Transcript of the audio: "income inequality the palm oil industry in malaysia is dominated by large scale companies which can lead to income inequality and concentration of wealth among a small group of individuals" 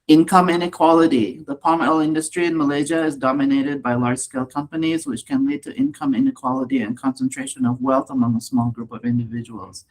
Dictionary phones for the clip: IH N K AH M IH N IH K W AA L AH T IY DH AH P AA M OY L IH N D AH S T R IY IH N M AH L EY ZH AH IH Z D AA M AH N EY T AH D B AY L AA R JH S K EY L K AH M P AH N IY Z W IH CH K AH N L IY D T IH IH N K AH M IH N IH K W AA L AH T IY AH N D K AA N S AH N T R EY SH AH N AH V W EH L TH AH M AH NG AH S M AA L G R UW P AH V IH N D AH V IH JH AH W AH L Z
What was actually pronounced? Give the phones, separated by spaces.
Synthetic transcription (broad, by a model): IH N K AH M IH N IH K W AA L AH T IY DH AH P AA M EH L IH N D AH S T R IY IH N M AH L EY ZH AH IH Z D AA M AH N EY T AH D B AY L AA R JH S K EY L K AH M P AH N IY Z W IH CH K AH N L IY D T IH IH N K AH M IH N IH K W AA L AH T IY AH N K AA N S AH N T R EY SH AH N AH V W EH L TH AH M AH NG AH S M AA L G R UW P AH V IH N D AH V IH JH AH W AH L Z